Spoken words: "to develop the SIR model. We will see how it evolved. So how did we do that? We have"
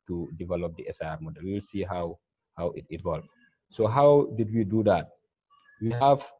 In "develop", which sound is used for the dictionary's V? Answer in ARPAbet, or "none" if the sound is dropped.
V